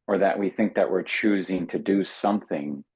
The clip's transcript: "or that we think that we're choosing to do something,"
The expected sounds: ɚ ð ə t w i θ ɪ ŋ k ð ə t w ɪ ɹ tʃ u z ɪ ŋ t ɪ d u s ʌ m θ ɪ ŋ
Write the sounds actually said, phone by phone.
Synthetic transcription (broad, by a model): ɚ ð ə t w i θ ɪ ŋ k ð ə t w ɪ ɹ tʃ u z ɪ ŋ t ɪ d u s ʌ m θ ɪ ŋ